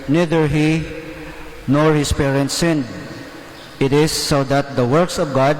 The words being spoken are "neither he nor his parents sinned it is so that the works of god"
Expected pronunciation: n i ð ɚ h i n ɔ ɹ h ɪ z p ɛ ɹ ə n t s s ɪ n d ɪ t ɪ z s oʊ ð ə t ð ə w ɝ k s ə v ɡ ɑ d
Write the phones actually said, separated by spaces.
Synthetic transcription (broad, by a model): n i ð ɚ h i n ɔ ɹ h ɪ s p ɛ ɹ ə n t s s ɪ n d ɪ t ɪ s oʊ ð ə t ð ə w ɝ k s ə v ɡ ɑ d